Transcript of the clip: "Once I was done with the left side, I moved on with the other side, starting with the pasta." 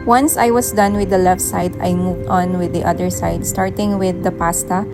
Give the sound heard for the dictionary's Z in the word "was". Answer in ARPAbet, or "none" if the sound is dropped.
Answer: S